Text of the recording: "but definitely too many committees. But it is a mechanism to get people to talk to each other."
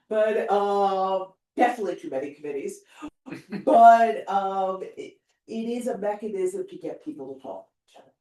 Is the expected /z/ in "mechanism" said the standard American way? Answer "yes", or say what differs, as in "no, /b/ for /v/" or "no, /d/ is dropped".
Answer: yes